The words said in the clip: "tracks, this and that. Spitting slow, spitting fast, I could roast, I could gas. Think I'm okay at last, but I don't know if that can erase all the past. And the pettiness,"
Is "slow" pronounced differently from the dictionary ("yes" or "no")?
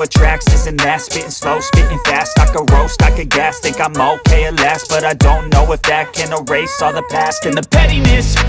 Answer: no